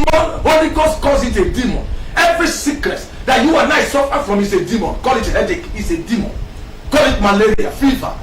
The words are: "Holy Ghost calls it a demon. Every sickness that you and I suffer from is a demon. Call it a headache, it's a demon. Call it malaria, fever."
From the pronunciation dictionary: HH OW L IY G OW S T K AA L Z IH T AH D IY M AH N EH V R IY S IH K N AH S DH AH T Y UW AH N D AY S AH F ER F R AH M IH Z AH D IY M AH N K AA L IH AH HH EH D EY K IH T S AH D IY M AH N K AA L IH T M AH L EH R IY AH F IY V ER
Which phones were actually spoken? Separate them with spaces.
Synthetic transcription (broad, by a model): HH OW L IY G OW S T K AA Z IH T AH D IY M AH N EH V R IY S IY K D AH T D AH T Y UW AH N AY S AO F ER F R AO M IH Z AH D IY M AH N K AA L IH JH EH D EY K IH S AH D IY M AH N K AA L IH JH M AH L EH R IY AH F IY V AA